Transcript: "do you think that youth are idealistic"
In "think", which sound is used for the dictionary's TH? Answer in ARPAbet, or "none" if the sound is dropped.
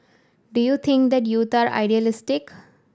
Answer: T